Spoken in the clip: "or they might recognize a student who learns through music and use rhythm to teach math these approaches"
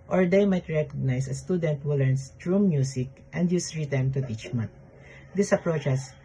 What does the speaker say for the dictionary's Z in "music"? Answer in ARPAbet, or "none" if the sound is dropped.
S